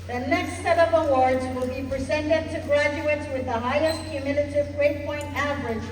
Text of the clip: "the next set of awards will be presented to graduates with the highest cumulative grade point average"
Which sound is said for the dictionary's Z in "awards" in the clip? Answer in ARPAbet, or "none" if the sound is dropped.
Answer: Z